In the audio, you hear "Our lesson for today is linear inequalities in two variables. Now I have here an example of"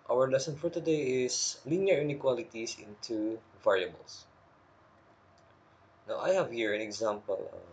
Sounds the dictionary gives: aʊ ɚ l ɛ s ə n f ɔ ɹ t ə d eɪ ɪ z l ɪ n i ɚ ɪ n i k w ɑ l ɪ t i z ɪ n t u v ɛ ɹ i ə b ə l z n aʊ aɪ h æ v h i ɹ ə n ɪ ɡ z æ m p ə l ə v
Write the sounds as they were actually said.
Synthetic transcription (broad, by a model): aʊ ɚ l ɛ s ə n f ɔ ɹ t ə d eɪ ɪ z l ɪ n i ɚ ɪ n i k w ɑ l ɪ t i s ɪ n t u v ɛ ɹ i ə b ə l s n aʊ aɪ h æ v h i ɹ ə n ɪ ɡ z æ m p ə l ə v